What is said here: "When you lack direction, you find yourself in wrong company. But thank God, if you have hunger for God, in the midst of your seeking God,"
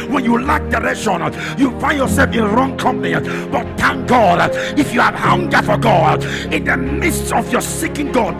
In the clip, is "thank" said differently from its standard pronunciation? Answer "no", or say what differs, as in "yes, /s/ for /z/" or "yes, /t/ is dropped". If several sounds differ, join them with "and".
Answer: yes, /t/ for /θ/